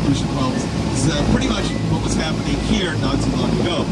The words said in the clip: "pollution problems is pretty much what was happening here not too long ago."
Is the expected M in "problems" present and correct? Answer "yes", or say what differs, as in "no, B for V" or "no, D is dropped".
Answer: no, M is dropped